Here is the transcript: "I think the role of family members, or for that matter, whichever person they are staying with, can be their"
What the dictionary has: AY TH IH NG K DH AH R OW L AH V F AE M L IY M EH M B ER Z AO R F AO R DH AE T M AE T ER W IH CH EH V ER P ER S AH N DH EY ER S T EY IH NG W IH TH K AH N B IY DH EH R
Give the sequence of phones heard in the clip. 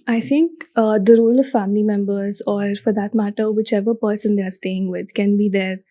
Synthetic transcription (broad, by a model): AY T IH NG K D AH R OW L AH V F AE M L IY M EH M B ER Z AO R F AO R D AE T M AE T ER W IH CH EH V ER P ER S AH N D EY ER S T EY IH NG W IH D K AH N B IY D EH R